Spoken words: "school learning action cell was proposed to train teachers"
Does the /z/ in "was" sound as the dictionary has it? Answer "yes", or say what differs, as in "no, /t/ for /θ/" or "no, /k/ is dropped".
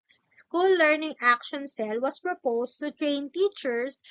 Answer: no, /s/ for /z/